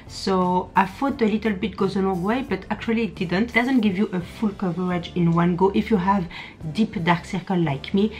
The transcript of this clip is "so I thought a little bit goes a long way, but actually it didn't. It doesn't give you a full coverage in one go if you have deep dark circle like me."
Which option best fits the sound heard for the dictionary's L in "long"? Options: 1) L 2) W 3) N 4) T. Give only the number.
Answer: 3